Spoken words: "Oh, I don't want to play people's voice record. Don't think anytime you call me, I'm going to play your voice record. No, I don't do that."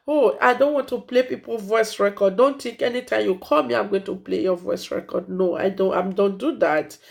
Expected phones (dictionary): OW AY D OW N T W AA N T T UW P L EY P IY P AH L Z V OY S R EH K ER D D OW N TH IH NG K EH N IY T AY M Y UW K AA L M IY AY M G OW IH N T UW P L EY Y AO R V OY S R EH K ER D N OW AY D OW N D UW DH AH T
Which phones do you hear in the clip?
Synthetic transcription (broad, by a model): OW AY D OW N T W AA N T T UW P L EY P IY P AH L V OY S R EH K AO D D OW N T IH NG K EH N IY T AY M Y UW K AA L M IY AY M G OW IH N T UW P L EY Y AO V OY S R EH K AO D N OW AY D OW N D UW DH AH T